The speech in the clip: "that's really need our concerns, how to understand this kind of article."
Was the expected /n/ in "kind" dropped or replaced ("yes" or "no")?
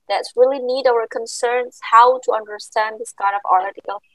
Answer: yes